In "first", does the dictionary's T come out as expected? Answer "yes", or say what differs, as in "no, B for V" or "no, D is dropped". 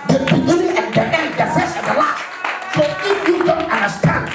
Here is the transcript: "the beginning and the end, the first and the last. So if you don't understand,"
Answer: no, T is dropped